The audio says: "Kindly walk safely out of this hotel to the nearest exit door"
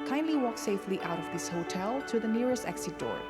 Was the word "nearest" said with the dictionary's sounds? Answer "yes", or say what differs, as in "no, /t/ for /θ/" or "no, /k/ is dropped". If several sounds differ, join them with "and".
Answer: yes